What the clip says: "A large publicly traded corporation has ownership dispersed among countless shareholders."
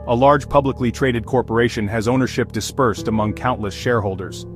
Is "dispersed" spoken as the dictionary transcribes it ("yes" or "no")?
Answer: yes